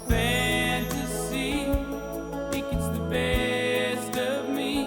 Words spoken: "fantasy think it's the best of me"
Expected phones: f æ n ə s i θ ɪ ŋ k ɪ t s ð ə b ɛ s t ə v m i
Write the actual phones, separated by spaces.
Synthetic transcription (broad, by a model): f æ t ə s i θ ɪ k ɪ t s ð ə b ɛ s t ə v m i